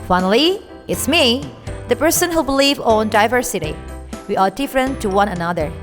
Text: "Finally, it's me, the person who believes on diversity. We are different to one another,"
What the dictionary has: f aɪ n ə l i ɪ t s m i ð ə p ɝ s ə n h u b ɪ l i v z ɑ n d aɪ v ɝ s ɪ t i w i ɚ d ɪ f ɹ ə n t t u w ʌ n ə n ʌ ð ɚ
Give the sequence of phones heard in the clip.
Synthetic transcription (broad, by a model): f aɪ n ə l i ɪ t s m i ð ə p ɝ s ə n h u b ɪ l i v ɑ n d aɪ v ɝ s ɪ t i w i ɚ d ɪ f ɹ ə n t t u w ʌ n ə n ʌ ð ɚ